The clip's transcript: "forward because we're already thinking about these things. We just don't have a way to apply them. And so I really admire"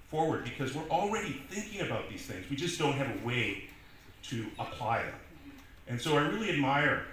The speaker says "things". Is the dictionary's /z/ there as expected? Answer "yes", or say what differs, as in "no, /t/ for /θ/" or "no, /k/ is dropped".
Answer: yes